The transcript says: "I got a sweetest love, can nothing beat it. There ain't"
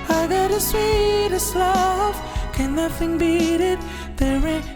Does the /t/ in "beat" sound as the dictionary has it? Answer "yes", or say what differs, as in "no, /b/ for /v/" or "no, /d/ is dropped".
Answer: yes